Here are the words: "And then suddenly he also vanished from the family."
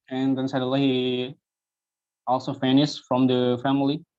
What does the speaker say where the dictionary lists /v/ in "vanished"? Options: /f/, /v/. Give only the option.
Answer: /f/